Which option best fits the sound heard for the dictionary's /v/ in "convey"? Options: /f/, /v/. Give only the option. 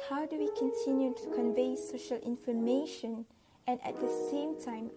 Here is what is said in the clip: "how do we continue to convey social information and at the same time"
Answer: /v/